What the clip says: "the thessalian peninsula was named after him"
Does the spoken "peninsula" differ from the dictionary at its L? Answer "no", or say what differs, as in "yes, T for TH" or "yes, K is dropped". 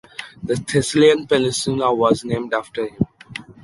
yes, N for L